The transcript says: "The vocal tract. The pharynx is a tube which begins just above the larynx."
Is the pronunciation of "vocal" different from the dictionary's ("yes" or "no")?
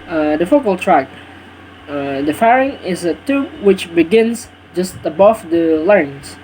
yes